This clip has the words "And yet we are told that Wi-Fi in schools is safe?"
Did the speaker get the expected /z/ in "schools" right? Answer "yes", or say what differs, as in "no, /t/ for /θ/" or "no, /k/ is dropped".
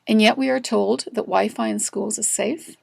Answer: yes